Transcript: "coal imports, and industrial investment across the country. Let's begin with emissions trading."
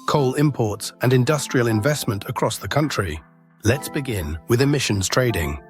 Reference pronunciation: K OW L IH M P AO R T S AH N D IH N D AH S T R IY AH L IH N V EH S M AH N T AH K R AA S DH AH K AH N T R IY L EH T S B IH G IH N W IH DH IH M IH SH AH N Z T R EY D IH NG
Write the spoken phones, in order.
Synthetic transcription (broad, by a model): K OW L IH M P AO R T S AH N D IH N D AH S T R IY AH L IH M V EH S M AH N T AH K R AA S DH AH K AH N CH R IY L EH T S B IH G IH N W IH DH IH M IH SH AH N Z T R EY D IH NG